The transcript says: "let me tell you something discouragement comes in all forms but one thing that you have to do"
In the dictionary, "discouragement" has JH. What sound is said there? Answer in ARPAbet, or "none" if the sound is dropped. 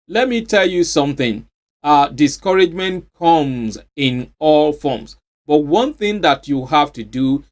JH